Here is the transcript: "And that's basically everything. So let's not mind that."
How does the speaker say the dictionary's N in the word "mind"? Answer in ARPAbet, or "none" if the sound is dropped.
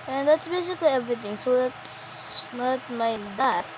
none